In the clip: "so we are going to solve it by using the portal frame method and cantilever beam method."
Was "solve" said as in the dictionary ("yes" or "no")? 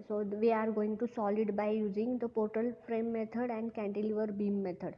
no